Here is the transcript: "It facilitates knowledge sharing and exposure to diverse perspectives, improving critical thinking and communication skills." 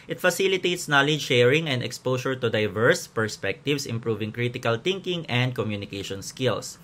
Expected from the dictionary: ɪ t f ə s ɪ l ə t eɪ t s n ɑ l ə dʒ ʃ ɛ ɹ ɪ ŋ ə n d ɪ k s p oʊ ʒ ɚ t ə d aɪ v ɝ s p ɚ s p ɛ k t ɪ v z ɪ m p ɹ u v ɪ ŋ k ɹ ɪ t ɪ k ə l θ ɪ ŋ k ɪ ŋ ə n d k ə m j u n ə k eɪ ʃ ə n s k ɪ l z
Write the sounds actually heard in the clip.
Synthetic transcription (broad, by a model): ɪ t f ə s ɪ l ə t eɪ t s n ɑ l ə dʒ ʃ ɛ ɹ ɪ ŋ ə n d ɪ k s p oʊ s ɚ t ə d aɪ v ɝ s p ɚ s p ɛ k t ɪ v s ɪ m p ɹ u v ɪ ŋ k ɹ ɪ t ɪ k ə l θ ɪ ŋ k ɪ ŋ ə n d k ə m j u n ə k eɪ ʃ ə n s k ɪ l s